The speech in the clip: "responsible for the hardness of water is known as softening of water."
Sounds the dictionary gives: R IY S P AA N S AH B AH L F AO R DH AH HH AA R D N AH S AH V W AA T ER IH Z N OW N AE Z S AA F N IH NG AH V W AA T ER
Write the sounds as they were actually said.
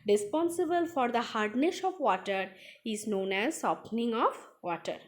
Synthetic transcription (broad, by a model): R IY S P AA N S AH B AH L F AO R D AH HH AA R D N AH SH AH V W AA T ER IH Z N OW N AE Z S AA P N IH NG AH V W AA T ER